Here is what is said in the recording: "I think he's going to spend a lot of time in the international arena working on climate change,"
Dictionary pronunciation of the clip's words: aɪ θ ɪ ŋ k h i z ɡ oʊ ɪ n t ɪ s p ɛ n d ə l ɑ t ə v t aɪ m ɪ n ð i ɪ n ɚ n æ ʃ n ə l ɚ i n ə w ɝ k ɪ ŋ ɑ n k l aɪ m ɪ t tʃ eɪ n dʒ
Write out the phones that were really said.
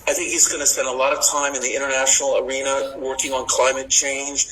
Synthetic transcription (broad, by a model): aɪ θ ɪ ŋ k h i z ɡ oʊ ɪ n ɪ s p ɛ n d ə l ɑ t ə v t aɪ m ɪ n ð i ɪ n ɚ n æ ʃ n l ɚ i n ə w ɝ k ɪ ŋ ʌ n k l aɪ m ɪ t tʃ eɪ n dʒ